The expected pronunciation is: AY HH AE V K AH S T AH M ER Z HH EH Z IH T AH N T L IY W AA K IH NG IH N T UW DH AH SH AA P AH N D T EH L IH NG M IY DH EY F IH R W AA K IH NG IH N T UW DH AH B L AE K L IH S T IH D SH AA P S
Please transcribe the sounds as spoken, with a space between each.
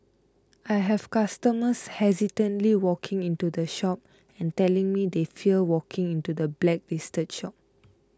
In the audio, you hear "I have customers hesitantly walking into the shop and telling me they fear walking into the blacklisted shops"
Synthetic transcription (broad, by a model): AY HH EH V K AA S T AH M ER S HH EH Z IH T AH N T L IY W AA K IH NG IH N T UW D AH SH AA P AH N T EH L IH NG M IY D EY F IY L W AA K IH NG IH N T UW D AH B L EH K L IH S T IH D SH AA P